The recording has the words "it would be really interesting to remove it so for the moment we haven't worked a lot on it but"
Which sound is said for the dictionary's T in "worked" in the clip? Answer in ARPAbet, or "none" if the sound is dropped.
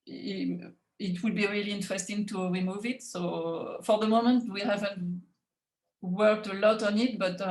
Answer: T